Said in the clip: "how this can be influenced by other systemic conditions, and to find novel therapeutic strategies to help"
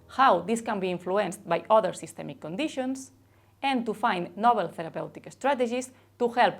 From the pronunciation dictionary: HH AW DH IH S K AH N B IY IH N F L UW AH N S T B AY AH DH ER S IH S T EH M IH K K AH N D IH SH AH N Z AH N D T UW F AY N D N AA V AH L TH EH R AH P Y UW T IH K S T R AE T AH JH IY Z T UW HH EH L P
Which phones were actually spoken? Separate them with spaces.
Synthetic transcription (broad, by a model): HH AW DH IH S K AH N B IY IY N F L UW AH N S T B AY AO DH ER S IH S T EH M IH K K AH N D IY SH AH N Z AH N T UW F AY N N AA B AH L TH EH R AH P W T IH K S T R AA T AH ZH IY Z T UW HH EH L P